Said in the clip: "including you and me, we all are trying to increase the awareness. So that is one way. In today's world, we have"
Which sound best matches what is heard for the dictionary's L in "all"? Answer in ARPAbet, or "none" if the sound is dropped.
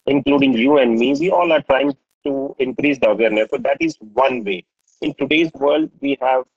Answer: L